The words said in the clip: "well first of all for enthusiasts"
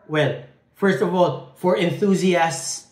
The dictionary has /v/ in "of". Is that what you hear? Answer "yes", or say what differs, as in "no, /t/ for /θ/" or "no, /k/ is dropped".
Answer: yes